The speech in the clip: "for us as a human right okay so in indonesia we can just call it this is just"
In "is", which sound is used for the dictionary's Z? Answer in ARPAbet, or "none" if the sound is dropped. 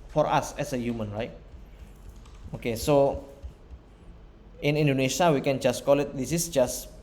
S